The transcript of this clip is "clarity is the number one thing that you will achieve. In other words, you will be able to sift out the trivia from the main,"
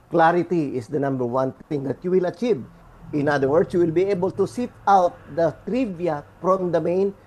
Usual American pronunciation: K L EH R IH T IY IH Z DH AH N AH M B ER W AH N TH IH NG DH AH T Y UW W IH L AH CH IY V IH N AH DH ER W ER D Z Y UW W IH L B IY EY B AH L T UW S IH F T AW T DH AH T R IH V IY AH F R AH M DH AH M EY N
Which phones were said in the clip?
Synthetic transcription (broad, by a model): K L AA R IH T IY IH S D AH N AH M B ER W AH N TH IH NG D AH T Y UW W IH L AH CH IY V IH N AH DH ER W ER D S Y UW W IH L B IY EY B AH L T UW S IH T AW T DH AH T R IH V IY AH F R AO M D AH M EY N